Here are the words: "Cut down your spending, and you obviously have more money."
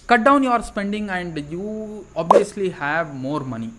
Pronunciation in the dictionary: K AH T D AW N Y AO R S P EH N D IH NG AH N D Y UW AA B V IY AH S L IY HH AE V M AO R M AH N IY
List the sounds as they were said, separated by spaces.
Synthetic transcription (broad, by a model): K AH T D AW N Y AO R S P EH N D IH NG AH N D Y UW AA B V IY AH S L IY HH AE V M AO R M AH N IY